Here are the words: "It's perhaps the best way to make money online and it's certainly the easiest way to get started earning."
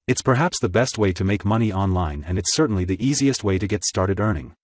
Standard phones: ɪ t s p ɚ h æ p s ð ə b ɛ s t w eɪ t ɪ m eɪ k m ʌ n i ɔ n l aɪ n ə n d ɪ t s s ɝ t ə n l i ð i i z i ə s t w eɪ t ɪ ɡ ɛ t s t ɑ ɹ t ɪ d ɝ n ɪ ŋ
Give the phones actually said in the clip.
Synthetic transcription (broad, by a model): ɪ t s p ɚ h æ p s ð ə b ɛ s t w eɪ t ɪ m eɪ k m ʌ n i ɔ n l aɪ n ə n ɪ t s s ɝ t n l i ð i i z i ə s t w eɪ t ɪ ɡ ɛ t s t ɑ ɹ t ɪ d ɝ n ɪ ŋ